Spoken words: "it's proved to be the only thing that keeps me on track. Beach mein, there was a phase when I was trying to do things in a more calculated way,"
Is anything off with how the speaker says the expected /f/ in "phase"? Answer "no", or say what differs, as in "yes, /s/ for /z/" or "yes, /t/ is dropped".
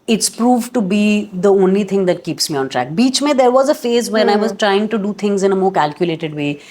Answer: no